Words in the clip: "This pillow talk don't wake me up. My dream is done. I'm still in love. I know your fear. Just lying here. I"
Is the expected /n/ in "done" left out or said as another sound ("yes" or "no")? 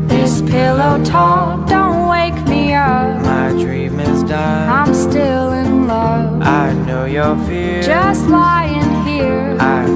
yes